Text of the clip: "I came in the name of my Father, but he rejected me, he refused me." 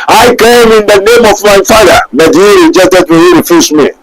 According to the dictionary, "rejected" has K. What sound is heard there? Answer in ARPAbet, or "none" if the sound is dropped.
none